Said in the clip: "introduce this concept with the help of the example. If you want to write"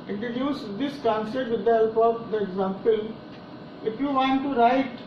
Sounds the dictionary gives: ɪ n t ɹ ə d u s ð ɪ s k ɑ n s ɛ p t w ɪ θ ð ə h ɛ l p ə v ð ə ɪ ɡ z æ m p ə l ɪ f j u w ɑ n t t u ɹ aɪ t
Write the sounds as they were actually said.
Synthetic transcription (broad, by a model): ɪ n t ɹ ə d u s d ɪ s k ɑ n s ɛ t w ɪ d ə h ɛ l p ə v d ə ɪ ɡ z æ m p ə l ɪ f j u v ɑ n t t u ɹ aɪ t